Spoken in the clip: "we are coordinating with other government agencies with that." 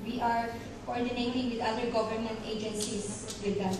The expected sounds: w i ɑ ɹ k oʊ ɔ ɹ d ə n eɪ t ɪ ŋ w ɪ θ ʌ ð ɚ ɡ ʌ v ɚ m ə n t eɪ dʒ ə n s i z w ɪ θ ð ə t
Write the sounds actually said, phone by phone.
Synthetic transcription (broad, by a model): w i ɑ ɹ k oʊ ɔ ɹ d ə n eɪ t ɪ ŋ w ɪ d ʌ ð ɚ ɡ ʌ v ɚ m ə n t eɪ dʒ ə n s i s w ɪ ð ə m